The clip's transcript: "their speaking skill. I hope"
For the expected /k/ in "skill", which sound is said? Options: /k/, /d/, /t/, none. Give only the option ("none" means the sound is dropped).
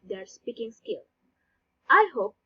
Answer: /k/